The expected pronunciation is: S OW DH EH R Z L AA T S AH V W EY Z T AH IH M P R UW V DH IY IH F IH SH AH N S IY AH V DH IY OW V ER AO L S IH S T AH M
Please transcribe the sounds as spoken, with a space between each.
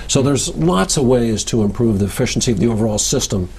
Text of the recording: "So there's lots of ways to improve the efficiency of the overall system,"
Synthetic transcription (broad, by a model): S OW DH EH R Z L AA T S AH V W EY Z T AH IH M P R UW V DH IY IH F IH SH N S IY AH V DH IY OW V ER AO L S IH S T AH M